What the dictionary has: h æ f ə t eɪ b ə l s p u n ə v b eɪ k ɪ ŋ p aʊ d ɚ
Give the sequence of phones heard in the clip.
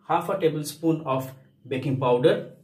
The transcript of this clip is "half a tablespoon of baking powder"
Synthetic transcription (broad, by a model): h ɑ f ə t eɪ b ə l s p u n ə f b eɪ k ɪ ŋ p aʊ d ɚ